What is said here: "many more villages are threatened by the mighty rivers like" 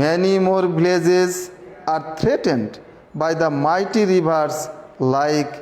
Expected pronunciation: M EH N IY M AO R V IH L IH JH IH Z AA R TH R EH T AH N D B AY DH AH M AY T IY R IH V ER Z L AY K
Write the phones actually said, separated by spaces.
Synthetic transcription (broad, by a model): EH N IY M AO R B L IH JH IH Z AA R T R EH T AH N D B AY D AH M AY T IY R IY B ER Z L AY K